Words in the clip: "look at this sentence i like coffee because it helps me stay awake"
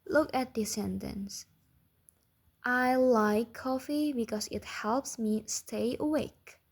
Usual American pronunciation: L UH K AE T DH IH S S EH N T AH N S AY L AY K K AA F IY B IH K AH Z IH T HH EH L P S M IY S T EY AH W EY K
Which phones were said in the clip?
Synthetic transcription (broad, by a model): L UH K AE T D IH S S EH N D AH N S AY L AY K K AA F IY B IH K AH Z IH T HH EH L P S M IY S T EY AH W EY K